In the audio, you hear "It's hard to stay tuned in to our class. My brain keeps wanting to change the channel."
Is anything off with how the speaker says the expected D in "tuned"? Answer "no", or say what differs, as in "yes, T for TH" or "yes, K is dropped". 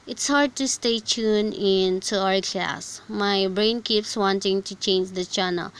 yes, D is dropped